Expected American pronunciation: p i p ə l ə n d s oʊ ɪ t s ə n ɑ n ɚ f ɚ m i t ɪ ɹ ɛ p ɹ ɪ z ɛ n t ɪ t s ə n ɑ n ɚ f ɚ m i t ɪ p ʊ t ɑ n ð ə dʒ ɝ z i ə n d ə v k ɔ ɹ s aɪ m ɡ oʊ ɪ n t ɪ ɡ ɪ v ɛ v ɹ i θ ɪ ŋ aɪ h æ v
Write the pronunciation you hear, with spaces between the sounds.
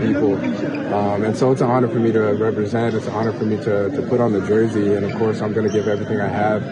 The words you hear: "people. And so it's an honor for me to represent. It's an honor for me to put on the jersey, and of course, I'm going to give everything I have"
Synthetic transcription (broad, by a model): p i p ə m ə n s oʊ ɪ t s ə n ɑ n ɚ f ɚ m i t ɪ ɹ ɛ p ɹ ɪ z ɛ n t ɪ t s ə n ɑ n ɚ f ɚ m i t ɪ p ʊ t n ð ə dʒ ɝ z i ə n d ə v k ɔ ɹ s aɪ m ɡ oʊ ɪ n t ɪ ɡ ɪ v ɛ v ɹ i θ ɪ ŋ aɪ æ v